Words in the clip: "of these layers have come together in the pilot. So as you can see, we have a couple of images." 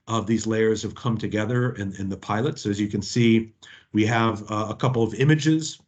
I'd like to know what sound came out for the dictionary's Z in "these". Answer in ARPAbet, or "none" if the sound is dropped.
Z